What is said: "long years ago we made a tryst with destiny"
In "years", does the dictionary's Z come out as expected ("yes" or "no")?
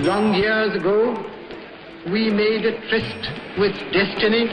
yes